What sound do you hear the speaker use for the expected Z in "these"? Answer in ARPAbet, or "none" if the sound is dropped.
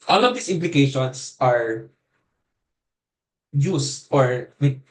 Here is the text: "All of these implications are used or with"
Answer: S